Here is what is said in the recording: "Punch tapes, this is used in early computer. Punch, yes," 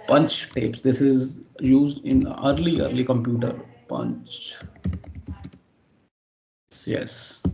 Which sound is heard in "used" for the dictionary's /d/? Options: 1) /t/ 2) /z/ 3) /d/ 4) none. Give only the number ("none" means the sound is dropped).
3